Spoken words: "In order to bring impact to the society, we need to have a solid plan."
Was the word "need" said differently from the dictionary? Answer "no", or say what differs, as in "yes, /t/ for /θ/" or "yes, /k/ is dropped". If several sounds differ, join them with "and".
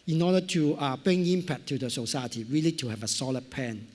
yes, /l/ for /n/